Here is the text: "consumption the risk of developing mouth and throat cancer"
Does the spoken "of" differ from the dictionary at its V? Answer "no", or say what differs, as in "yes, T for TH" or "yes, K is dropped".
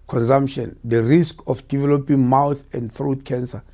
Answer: yes, F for V